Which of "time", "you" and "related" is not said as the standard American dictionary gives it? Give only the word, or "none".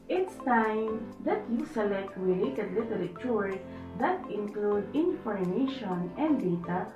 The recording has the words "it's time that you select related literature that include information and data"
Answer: related